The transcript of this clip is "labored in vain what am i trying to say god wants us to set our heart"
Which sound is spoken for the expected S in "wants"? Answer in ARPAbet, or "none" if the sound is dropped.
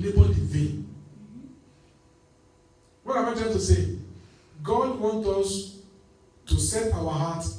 none